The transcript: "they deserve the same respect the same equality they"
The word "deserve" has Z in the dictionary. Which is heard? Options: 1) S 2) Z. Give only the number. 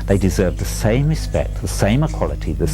2